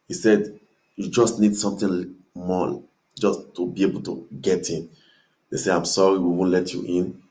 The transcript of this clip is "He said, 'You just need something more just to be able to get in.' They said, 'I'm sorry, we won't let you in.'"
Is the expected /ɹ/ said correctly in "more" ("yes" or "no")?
no